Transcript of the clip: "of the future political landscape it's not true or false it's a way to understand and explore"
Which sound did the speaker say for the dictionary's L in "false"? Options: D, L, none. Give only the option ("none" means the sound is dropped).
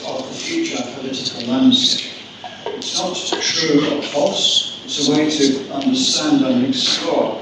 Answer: none